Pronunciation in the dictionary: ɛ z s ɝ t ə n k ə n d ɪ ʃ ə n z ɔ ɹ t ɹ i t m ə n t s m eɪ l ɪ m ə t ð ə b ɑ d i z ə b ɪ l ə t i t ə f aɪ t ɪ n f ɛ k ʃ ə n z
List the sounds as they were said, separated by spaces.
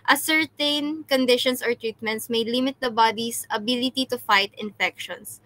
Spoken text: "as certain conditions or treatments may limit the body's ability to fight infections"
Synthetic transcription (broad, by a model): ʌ s ɝ t ə n k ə n d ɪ ʃ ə n s ɔ ɹ t ɹ i t m ə n t s m eɪ l ɪ m ə t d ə b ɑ d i s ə b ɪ l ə t i t ə f aɪ t ɪ n f ɛ k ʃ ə n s